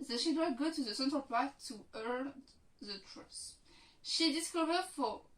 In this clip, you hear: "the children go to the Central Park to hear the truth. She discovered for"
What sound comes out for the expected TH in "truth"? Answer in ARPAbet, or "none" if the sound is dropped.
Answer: S